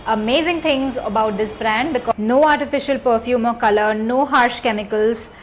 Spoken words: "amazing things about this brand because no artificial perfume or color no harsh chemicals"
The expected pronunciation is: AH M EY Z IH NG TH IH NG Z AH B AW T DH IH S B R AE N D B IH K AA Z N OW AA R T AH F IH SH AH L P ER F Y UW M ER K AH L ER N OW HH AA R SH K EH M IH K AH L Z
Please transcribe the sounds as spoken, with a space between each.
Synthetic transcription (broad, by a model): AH M EY Z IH NG T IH NG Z AH B AW T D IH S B R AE N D B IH K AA N OW AA R T AH F IH SH AH L P ER F Y UW M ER K AH L ER N OW HH AA R SH K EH M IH K AH L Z